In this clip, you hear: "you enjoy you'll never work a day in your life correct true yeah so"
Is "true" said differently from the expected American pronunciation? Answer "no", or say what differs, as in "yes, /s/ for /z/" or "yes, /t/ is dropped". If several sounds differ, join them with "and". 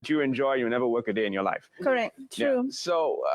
yes, /ɹ/ is dropped